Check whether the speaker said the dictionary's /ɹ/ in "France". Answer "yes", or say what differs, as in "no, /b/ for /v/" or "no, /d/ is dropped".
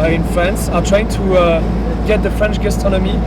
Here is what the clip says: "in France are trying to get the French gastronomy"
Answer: yes